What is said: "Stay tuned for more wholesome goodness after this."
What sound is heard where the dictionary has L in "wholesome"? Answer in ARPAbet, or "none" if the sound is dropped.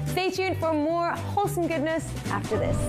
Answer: L